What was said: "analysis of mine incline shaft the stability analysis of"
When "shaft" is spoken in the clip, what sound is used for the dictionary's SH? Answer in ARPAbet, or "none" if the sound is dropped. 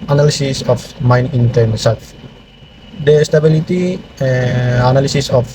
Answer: S